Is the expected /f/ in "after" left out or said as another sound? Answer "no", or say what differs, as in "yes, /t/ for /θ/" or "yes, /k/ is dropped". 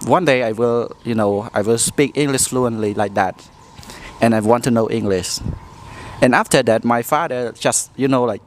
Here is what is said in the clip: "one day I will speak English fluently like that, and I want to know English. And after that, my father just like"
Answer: no